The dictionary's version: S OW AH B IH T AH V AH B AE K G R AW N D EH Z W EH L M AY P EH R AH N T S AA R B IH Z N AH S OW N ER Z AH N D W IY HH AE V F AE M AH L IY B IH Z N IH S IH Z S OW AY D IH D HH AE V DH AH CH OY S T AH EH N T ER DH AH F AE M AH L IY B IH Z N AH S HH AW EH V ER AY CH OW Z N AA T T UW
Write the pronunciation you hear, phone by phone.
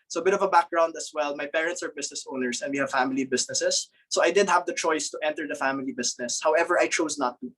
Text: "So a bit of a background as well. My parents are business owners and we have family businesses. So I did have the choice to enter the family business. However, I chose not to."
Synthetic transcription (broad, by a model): S OW AH B IH T AH V AH B AE K G R AW N D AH S W EH L M AY P EH R AH N T S AA R B IH S N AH S OW N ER S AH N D W IY HH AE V F AE M AH L IY B IH S N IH S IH S OW AY D IH D HH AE V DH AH CH OY S T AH EH N T ER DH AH F AE M AH L IY B IH S N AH S HH AW EH V ER AY CH OW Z N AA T T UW